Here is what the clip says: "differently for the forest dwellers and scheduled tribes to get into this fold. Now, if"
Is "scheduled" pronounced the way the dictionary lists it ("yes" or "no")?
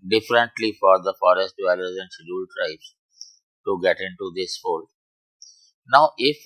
no